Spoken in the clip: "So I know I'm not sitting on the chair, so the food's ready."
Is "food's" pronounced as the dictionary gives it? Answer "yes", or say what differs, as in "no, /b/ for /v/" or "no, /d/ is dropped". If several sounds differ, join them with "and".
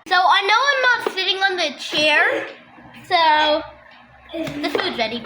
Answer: no, /z/ is dropped